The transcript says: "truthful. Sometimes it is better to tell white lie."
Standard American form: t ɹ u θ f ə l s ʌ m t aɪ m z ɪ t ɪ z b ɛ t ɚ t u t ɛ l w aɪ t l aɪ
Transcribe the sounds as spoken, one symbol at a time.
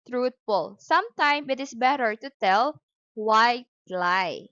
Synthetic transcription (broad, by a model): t ɹ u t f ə l s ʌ m t aɪ m ɪ t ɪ s b ɛ t ɚ t u t ɛ l w aɪ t l aɪ